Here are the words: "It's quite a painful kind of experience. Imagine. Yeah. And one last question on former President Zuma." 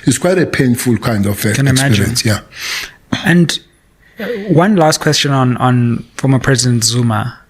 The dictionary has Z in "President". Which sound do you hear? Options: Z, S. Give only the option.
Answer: Z